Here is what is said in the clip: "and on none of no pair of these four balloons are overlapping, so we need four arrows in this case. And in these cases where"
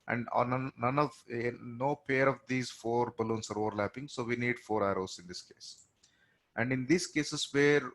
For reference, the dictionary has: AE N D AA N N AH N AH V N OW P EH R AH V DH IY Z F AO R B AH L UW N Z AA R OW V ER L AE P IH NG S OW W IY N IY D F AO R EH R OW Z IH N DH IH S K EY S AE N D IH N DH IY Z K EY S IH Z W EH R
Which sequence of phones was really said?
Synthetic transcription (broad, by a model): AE N D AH N N AH N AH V N OW P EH R AH V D IY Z F AO R B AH L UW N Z AA R OW V ER L AE P IH NG S OW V IY N IY D F AO R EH R OW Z IH N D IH S K EY S AE N D IH N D IY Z K EY S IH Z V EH R